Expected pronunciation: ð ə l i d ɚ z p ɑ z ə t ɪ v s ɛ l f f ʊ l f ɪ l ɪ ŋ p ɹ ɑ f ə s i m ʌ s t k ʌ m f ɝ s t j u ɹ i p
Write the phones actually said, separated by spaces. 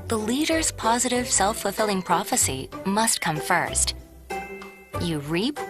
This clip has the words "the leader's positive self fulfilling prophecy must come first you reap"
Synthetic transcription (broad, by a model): ð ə l i d ɚ z p ɑ z ə t ɪ v s ɛ l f f l f ɪ l ɪ ŋ p ɹ ɑ f ə s i m ʌ s t k ʌ m f ɝ s t j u ɹ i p